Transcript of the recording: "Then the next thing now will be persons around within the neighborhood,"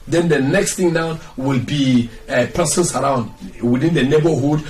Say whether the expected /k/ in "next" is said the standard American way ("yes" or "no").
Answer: yes